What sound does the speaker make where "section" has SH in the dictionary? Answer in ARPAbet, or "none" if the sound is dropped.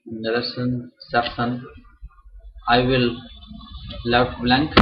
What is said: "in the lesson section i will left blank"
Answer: S